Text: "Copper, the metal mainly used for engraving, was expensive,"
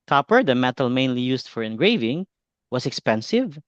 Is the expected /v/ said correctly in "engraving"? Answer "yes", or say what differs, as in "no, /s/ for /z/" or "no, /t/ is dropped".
yes